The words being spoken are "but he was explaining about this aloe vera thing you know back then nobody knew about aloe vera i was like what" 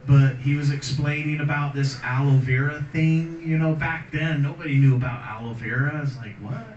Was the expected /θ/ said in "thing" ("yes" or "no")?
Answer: yes